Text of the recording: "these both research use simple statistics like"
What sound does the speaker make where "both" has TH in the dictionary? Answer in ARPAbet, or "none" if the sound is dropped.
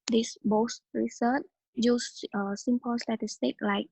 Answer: S